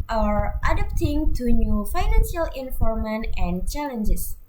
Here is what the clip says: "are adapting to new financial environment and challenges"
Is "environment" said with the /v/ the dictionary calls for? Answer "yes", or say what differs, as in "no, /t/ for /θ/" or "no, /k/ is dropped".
no, /f/ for /v/